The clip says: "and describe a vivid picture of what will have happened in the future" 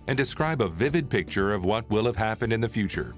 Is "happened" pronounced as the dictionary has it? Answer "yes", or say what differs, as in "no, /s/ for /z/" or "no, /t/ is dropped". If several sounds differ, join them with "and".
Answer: yes